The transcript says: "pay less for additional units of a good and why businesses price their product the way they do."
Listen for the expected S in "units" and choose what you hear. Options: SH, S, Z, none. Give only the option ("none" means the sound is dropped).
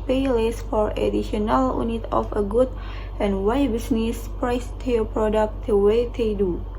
none